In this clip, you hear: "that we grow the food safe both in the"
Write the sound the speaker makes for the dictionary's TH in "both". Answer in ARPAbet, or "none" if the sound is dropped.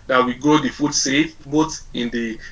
T